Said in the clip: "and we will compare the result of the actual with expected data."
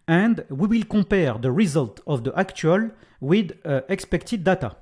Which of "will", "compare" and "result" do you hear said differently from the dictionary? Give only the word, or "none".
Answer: compare